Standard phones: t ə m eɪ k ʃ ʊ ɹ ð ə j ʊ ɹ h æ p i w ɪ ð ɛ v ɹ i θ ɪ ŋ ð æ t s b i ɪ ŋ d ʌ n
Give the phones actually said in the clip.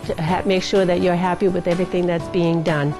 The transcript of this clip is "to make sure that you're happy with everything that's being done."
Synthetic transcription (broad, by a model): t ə m eɪ k ʃ ʊ ɹ ð ə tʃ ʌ ɹ h æ p i w ɪ ð ɛ v ɹ i θ ɪ ŋ ð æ t s b i ɪ ŋ d ʌ n